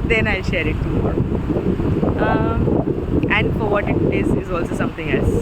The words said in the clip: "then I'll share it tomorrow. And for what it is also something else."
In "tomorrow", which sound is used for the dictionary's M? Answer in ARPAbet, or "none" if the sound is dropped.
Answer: none